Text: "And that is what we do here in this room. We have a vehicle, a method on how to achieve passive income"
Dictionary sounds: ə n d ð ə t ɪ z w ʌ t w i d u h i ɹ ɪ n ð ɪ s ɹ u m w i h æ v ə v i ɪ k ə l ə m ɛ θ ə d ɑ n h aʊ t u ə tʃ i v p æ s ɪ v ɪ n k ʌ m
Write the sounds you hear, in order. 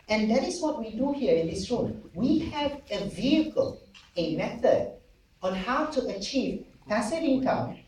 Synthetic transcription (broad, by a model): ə n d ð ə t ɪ s w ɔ t w i d u h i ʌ ɪ n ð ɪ s ɹ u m w i h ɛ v ə v i ɪ k ə l ə m ɛ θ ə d ɑ n h aʊ t u ə tʃ i v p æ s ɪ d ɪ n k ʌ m